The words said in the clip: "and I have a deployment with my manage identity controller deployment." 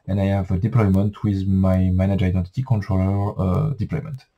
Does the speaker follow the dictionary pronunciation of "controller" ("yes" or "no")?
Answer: yes